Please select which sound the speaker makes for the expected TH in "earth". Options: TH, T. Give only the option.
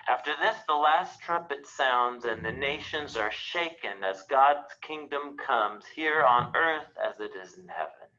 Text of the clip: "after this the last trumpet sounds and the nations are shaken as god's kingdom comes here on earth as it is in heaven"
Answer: TH